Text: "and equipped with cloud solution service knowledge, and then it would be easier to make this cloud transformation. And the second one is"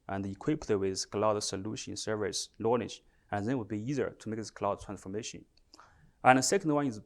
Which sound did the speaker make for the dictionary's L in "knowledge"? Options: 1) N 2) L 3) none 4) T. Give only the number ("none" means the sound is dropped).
1